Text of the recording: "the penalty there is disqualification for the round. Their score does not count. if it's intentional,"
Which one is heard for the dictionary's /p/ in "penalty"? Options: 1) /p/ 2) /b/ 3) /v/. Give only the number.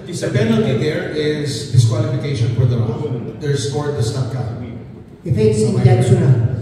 2